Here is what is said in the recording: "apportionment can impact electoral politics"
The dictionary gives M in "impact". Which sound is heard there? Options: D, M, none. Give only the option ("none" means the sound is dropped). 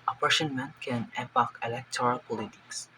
none